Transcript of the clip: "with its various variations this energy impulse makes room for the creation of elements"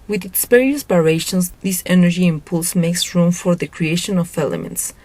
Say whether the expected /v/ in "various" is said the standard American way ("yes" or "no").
no